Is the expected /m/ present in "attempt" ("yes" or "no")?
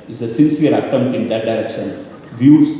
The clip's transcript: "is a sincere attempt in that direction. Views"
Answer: no